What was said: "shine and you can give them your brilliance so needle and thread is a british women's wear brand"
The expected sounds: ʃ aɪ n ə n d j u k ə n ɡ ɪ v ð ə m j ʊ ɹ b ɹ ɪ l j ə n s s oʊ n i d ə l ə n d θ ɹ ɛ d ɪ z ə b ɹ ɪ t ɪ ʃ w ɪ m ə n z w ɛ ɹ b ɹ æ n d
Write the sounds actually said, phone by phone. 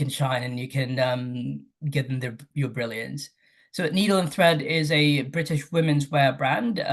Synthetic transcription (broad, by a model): ʃ aɪ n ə n j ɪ k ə n ɡ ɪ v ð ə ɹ j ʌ ɹ b ɹ ɪ l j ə n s s oʊ n i d l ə n θ ɹ ɛ d ɪ z ə b ɹ ɪ t ɪ ʃ w ɪ m ə n z w ɛ ɹ b ɹ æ n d